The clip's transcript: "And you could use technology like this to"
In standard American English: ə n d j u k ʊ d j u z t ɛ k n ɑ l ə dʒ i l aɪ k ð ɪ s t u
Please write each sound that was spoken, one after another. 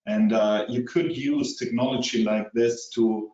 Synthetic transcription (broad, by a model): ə n d j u k ʊ d j u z t ɛ k n ɑ l ə dʒ i l aɪ k ð ɪ s t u